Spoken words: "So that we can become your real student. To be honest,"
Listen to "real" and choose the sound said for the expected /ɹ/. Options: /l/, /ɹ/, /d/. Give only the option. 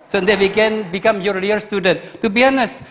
/l/